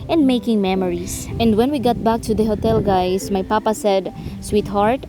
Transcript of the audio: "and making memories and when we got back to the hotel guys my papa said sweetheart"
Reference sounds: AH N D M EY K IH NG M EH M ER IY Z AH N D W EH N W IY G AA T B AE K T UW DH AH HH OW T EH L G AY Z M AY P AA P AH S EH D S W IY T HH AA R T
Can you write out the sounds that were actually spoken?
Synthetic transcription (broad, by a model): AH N D M EY K IH NG M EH M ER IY S AH N D W EH N W IY G AA T B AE K T UW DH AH HH OW T EH L G AY S M AY P AA P AH S EH D S W IY T HH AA R T